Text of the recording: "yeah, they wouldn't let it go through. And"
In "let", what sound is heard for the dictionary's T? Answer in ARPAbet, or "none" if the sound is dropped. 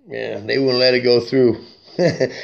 T